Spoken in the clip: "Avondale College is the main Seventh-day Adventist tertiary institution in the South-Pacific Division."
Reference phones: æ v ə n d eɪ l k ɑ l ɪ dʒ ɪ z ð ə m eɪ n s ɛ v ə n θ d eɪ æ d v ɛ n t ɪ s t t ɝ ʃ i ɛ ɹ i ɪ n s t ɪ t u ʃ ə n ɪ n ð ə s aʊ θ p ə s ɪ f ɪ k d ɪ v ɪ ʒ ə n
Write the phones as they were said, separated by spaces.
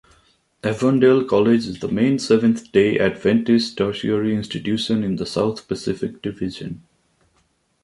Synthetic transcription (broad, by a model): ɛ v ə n d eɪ l k ɑ l ɪ dʒ ɪ z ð ə m eɪ n s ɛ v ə n t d eɪ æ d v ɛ n t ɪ s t t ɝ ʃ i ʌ ɹ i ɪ n s t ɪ t u ʃ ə n ɪ n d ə s aʊ t p ə s ɪ f ɪ k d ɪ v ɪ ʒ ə n